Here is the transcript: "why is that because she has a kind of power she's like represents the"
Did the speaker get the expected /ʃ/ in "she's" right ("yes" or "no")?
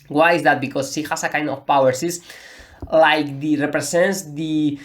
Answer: no